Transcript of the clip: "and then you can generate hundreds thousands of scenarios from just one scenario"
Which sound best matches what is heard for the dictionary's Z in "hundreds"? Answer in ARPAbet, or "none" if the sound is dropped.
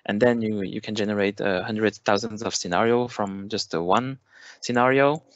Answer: none